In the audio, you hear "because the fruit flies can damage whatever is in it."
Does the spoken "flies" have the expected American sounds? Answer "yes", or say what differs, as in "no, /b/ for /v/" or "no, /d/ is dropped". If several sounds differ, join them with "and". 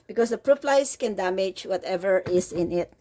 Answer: no, /p/ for /f/ and /s/ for /z/